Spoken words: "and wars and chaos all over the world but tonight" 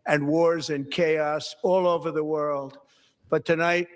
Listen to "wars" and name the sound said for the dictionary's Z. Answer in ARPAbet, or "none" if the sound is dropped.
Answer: Z